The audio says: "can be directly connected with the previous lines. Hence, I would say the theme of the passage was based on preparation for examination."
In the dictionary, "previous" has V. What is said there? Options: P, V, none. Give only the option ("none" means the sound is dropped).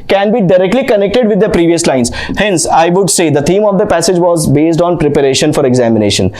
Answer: V